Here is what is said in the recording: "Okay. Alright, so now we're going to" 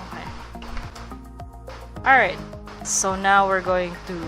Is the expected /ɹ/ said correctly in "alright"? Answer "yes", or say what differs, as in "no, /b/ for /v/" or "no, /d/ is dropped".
yes